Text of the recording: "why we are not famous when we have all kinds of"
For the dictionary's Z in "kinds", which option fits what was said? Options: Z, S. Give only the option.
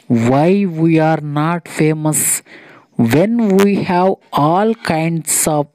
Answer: S